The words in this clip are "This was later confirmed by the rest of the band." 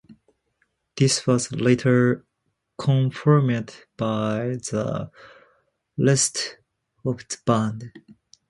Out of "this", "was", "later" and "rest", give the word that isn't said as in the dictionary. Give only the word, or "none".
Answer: rest